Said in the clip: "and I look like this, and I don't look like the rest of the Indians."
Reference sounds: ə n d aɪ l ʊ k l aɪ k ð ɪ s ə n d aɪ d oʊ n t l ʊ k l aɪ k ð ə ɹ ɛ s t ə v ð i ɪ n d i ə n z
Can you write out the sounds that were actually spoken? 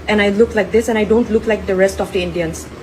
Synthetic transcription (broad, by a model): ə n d aɪ l ʊ k l aɪ k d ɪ s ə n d aɪ d oʊ n t l ʊ k l aɪ k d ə ɹ ɛ s t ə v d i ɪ n d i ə n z